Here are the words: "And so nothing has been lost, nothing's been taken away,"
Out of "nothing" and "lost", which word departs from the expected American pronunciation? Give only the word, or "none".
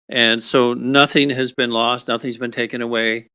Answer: none